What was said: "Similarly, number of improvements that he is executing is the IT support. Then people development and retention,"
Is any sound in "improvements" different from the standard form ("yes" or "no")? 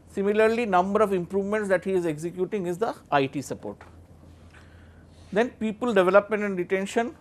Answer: no